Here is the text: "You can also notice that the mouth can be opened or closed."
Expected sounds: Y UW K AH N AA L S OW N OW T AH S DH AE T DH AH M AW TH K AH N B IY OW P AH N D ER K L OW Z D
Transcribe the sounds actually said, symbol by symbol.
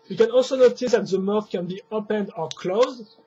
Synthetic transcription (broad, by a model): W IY K AH N AA L S OW N OW T AH S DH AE T DH AH M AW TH K AH N B IY OW P AH N D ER K L OW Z D